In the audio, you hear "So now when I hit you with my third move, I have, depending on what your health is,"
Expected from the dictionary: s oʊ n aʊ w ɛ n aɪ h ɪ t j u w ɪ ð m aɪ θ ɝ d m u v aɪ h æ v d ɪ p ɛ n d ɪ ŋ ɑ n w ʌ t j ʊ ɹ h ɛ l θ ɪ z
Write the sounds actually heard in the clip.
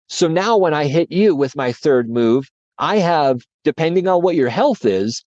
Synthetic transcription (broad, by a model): s oʊ n aʊ w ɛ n aɪ h ɪ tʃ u w ɪ ð m aɪ θ ɝ d m u v aɪ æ v d ɪ p ɛ n d ɪ ŋ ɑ n w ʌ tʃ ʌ ɹ h ɛ l θ ɪ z